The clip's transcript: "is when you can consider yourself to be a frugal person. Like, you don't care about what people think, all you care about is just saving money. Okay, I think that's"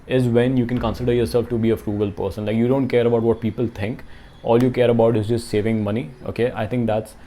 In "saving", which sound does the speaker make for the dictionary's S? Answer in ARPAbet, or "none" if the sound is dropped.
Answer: S